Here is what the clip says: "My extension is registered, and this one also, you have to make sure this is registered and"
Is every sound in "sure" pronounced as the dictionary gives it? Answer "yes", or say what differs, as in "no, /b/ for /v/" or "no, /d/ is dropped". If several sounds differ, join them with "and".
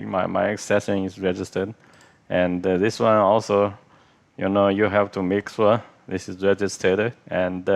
no, /s/ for /ʃ/